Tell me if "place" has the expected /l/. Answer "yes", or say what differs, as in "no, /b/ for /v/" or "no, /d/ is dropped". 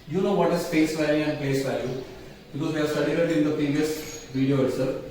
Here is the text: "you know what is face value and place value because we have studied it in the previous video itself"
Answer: no, /l/ is dropped